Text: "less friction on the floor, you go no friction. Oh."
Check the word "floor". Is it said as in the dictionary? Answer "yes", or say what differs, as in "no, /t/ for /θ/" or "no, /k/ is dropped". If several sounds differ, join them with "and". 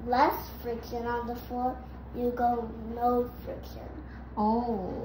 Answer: no, /l/ is dropped